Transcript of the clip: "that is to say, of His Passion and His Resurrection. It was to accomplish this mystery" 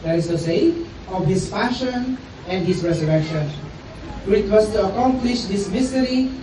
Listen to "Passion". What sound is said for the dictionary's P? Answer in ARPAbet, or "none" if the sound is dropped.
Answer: F